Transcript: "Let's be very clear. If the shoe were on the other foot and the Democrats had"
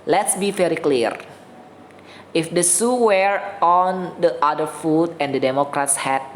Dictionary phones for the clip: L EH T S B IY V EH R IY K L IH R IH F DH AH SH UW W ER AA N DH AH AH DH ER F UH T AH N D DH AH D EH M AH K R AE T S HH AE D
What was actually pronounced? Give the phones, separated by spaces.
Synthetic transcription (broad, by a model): L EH T S B IY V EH R IY K L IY R IH F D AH S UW W ER AA N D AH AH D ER F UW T AH N D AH D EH M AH K R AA T S HH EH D